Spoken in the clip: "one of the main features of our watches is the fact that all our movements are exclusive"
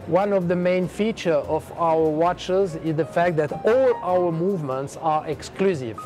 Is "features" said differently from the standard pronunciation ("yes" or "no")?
yes